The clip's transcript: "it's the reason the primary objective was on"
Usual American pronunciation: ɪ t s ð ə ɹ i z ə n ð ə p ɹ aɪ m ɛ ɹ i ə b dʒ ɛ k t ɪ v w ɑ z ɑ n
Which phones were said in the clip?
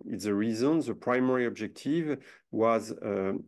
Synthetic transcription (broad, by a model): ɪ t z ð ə ɹ i z ə n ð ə p ɹ aɪ m ɛ ɹ i ə b dʒ ɛ k t ɪ v w ɑ z